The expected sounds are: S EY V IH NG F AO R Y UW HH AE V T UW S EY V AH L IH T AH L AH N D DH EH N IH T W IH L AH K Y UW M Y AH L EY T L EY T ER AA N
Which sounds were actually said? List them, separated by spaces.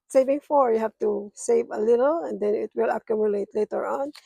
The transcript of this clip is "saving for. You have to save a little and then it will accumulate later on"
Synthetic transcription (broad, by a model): S EY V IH NG F AO R Y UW HH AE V T UW S EY V AH L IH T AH L AH N D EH N IH T W IH L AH K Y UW M Y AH L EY T L EY T ER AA N